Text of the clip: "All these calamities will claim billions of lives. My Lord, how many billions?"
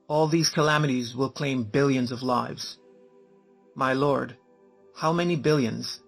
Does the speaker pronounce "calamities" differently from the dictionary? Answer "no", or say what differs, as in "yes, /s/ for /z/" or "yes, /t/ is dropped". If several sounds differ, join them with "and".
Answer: no